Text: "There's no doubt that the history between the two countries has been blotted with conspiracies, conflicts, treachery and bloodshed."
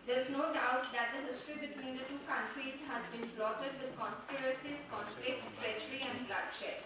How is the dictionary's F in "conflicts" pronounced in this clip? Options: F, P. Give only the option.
P